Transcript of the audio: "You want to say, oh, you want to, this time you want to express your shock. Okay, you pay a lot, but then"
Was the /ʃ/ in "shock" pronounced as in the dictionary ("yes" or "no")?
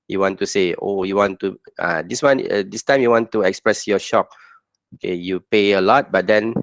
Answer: yes